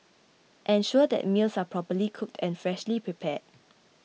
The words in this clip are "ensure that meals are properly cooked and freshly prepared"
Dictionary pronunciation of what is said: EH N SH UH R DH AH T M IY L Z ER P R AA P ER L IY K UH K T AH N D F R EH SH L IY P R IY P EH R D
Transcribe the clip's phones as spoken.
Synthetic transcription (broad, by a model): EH N SH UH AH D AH T M IY L S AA P R AA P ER L IY K UH K T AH N F R EH SH L IY P R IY P EH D